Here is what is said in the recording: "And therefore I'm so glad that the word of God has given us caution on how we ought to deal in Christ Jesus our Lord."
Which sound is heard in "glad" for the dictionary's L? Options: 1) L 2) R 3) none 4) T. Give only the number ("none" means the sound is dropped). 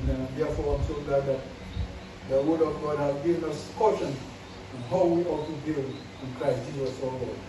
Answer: 3